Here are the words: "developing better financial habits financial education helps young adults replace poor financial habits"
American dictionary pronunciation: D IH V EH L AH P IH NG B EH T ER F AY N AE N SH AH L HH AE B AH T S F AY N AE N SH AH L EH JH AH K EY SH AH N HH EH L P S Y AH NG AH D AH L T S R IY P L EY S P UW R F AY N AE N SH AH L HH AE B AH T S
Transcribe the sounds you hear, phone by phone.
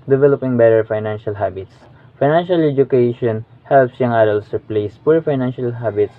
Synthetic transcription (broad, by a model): D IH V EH L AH P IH NG B EH T ER F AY N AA N SH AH L HH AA B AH T S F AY N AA N SH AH L EH JH AH K EY SH AH N HH EH L P S Y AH NG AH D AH L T S R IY P L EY S P UW R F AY N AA N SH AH L HH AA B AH T S